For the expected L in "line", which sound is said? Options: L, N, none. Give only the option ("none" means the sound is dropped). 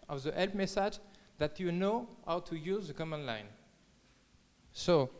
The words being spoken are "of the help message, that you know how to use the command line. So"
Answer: L